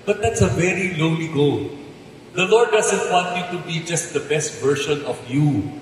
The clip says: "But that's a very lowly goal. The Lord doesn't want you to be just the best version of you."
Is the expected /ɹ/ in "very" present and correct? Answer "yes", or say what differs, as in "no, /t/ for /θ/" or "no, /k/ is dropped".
yes